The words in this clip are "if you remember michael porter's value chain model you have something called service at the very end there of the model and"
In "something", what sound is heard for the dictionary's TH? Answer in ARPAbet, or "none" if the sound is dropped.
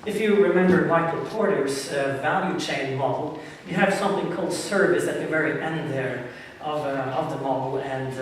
TH